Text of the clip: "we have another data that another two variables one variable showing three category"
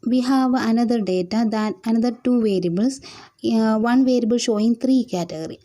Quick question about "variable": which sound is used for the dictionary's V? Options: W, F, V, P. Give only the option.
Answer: V